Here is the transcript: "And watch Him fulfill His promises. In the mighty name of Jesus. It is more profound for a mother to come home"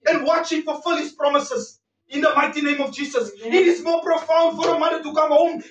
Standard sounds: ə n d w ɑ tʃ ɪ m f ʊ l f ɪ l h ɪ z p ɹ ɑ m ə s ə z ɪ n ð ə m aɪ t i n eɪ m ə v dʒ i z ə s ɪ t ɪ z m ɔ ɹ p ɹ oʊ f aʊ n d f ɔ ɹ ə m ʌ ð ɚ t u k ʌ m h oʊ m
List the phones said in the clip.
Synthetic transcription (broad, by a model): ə n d w ɑ tʃ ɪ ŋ f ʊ f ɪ l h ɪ s p ɹ ɑ m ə s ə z ɪ n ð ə m aɪ t i n eɪ m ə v dʒ i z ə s ɪ t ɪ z m ɔ p ɹ oʊ f aʊ n d f ɔ ɹ ə m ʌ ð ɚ t u k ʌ m h oʊ m